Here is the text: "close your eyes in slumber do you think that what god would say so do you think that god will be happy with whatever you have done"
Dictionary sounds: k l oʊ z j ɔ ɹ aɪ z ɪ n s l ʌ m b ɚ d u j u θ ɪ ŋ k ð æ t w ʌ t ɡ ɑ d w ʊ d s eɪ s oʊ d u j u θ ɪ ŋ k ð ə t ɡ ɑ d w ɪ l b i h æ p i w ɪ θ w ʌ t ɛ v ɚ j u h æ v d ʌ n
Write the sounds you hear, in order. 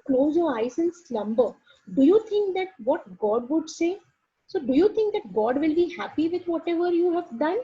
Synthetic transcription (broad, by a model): k l oʊ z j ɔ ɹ aɪ s ɪ n s l ʌ m b ɚ d u j u t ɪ ŋ k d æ t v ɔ t ɡ ɑ d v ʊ d s eɪ s oʊ d u j u t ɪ ŋ k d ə t ɡ ɑ d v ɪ l b i h æ p i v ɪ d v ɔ t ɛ v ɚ j u h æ v d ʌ n